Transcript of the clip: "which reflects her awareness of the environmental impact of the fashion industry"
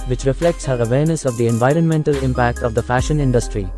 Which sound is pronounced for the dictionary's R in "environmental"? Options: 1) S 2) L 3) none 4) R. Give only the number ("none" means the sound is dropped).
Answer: 4